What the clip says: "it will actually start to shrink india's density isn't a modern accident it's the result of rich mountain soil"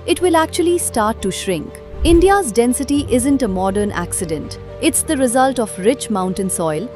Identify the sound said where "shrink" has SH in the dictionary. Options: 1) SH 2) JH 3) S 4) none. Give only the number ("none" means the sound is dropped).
1